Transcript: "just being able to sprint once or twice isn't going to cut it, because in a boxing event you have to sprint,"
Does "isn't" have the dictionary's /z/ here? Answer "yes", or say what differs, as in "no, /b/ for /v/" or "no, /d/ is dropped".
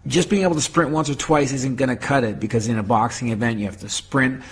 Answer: yes